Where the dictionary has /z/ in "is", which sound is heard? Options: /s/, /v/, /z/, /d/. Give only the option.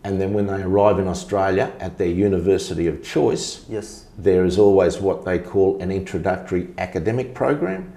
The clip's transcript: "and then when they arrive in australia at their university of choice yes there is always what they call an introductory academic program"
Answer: /z/